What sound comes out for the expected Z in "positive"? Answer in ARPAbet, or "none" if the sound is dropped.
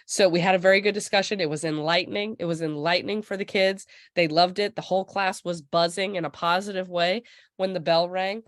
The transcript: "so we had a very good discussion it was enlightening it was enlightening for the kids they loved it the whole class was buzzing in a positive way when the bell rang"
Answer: Z